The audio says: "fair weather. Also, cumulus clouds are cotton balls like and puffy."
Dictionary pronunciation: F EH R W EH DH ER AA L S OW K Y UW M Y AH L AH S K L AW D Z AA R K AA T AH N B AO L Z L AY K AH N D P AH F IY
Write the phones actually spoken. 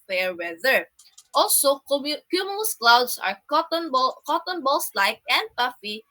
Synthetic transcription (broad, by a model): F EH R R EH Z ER AA L S OW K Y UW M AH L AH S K L AW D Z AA R K AA T AH N B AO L S L AY K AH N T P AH F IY